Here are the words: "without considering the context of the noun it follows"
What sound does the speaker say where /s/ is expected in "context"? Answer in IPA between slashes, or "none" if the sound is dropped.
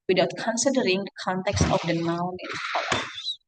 /s/